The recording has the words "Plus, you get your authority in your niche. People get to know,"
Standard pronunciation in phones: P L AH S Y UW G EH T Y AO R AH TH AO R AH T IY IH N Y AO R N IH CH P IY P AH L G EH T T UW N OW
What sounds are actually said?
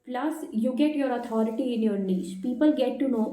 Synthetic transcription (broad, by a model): P L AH S Y UW G EH T Y AO R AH T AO R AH T IY IH N Y AO R N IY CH P IY P AH L G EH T T UW N OW